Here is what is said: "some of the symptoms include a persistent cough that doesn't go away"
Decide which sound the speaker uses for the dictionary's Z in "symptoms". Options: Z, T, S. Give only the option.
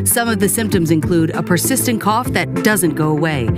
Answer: Z